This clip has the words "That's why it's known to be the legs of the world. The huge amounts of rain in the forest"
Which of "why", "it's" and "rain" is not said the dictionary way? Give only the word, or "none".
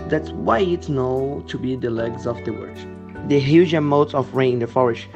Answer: rain